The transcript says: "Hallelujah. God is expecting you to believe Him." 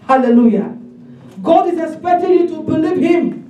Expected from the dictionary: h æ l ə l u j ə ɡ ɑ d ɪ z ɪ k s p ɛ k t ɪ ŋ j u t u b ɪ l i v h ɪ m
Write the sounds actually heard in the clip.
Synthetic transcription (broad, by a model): h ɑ l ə l u j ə ɡ ɑ d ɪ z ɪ k s p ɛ k t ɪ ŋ j u t u b ɪ l i v h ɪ m